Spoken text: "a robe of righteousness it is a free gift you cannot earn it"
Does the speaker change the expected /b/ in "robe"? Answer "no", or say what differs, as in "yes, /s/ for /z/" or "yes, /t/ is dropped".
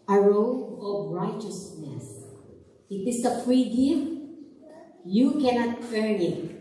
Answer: yes, /b/ is dropped